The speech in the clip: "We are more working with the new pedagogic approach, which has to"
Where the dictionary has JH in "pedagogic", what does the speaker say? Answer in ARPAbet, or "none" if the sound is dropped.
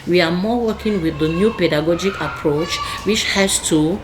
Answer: JH